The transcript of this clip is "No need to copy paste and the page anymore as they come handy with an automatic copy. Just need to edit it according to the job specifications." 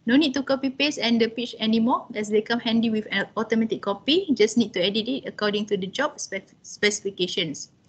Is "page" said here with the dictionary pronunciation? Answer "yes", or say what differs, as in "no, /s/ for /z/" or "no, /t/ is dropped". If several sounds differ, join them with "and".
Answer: no, /tʃ/ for /dʒ/